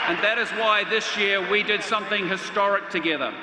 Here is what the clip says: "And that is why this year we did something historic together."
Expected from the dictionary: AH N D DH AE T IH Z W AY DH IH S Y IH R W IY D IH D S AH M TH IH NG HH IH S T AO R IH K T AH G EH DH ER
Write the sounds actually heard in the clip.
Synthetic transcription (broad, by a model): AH N DH AE T IH Z W AY DH IH S Y IH R W IY D IH D S AH M TH IH NG HH IH S T AO R IH K T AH G EH DH ER